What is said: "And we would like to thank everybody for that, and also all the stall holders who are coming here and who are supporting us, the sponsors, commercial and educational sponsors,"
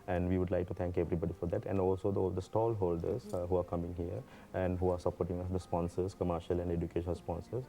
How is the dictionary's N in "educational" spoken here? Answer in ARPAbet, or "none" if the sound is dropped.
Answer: none